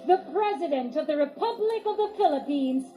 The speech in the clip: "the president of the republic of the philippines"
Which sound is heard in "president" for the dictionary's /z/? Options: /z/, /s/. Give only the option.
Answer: /z/